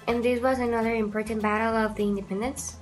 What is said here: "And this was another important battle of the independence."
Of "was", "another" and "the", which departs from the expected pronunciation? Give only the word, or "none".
none